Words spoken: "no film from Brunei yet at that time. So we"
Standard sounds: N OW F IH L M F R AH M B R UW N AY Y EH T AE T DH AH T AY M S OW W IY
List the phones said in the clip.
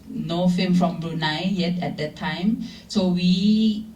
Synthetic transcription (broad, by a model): N OW F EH M F R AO M B R UW N AY Y EH T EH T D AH T AY M S OW W IY